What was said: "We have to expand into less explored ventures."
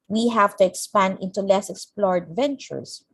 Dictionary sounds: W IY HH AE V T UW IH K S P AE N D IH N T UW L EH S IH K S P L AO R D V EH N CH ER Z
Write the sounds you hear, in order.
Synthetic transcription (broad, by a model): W IY HH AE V T UW IH K S P AE N D IH N T UW L EH S IH K S P L AO R D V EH N CH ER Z